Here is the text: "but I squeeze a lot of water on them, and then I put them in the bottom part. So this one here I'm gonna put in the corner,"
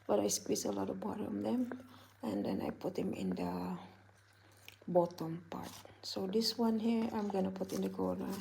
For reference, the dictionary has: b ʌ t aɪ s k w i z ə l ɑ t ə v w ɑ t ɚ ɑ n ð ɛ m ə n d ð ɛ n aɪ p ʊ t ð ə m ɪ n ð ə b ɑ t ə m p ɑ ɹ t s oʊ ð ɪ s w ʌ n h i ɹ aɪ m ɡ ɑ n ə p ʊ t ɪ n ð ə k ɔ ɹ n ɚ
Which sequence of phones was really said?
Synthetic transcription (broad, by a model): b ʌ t aɪ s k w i s ə l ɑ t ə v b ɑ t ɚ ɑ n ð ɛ m ə n d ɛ n aɪ p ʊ t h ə m ɪ n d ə b ɑ t ə m p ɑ ɹ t s oʊ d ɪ s w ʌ n h i ɹ aɪ m ɡ ɑ n ə p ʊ t ɪ n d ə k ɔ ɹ n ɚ